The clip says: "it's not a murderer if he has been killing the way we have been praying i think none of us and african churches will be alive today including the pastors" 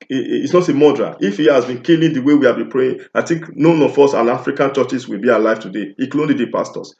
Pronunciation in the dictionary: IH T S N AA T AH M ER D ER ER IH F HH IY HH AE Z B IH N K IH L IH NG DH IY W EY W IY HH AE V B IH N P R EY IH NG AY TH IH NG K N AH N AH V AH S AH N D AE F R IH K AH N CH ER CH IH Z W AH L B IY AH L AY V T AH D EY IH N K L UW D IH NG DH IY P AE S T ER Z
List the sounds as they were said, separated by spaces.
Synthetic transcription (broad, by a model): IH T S N AA T AH M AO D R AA IH F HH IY HH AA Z B IH N K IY L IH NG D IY W EY W IY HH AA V B IH N P R EY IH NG AY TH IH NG K N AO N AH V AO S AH N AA F R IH K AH N CH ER CH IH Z W AH L B IY AH L AY V T AH D EY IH K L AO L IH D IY P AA S T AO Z